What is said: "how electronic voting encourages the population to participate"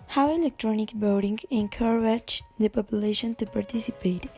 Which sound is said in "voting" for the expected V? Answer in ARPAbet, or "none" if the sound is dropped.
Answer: B